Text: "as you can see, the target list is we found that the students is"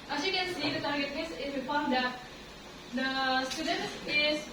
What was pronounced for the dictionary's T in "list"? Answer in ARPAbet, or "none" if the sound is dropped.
none